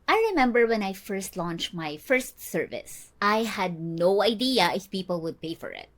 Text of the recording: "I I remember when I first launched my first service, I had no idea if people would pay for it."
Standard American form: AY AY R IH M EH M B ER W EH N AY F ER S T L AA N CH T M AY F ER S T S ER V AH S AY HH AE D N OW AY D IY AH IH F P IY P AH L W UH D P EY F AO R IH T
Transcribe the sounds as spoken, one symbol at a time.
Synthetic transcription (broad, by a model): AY AY R IH M EH M B ER W EH N AY F ER S T L AA N CH T M AY F ER S T S ER V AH S AY HH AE D N OW AY D IY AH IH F P IY P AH L W UH D P EY F AO R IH T